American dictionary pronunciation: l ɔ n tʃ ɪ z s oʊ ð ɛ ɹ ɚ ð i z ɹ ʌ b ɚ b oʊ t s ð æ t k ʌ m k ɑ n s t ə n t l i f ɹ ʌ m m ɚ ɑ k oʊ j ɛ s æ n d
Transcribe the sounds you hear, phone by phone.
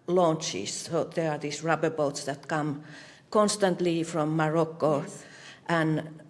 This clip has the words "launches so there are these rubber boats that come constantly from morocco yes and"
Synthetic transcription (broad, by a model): l ɔ n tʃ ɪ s s oʊ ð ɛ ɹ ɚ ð i s ɹ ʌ b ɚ b oʊ t s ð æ t k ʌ m k ɑ n s t ə n t l i f ɹ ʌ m m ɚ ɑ k oʊ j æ n